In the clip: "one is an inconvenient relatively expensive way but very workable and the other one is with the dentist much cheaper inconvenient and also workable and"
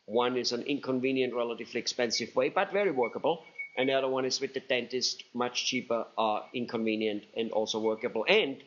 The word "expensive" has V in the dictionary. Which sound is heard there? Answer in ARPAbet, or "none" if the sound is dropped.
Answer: V